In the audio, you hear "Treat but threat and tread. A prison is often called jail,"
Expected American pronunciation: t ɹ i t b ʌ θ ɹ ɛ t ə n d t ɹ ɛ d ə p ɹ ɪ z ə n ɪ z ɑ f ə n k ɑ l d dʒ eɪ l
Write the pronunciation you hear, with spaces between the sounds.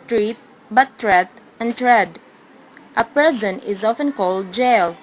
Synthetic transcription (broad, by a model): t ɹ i t b ʌ t ɹ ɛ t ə n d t ɹ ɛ d ə p ɪ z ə n ɪ z ɑ f ə n k ɑ l d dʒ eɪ l